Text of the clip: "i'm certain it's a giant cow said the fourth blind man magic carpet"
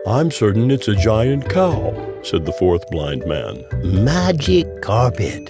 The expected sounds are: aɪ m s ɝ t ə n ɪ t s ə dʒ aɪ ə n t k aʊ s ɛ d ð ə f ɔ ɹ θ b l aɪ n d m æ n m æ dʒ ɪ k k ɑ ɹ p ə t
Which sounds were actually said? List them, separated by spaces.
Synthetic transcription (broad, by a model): aɪ m s ɝ t n ɪ t s ə dʒ aɪ ə n t k aʊ s ɛ d ð ə f ɔ ɹ θ b l aɪ n d m æ n m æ dʒ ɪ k k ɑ ɹ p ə t